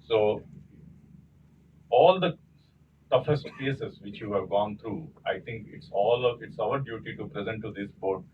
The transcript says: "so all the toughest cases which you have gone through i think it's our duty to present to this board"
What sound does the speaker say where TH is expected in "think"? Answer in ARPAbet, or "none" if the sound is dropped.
T